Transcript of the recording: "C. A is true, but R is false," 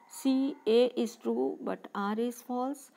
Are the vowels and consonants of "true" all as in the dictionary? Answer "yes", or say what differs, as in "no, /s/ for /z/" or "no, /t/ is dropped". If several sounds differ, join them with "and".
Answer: yes